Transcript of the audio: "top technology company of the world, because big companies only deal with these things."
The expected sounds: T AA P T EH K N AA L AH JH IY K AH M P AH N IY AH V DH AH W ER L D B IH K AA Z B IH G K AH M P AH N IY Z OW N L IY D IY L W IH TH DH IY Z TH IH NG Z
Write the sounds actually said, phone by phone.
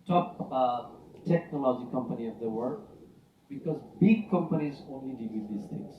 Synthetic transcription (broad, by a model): T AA P T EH K N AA L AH JH IY K AH M P AH N IY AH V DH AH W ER D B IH K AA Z B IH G K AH M P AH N IY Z OW N L IY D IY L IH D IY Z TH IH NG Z